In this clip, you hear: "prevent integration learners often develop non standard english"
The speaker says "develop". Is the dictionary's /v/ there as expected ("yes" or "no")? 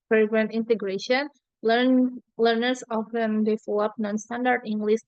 no